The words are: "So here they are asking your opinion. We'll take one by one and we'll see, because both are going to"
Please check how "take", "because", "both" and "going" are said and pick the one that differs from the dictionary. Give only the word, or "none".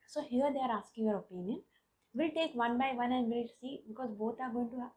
both